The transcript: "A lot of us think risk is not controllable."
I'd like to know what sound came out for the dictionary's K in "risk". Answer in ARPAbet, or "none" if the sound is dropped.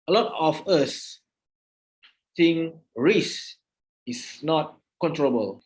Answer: none